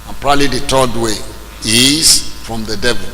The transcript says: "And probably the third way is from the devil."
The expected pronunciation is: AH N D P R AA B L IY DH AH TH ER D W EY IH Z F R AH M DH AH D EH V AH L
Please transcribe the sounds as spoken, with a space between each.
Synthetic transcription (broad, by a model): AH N P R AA L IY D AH T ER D W EY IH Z F R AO M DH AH D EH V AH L